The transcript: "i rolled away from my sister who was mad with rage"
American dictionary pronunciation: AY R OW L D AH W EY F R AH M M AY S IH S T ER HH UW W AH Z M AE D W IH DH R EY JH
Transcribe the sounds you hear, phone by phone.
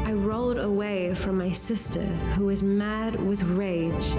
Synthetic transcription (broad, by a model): AY R OW L D AH W EY F R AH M M AY S IH S T ER HH UW W AH Z M AE D W IH DH R EY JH